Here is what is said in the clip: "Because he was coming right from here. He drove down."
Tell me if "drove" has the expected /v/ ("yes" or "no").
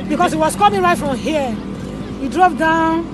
no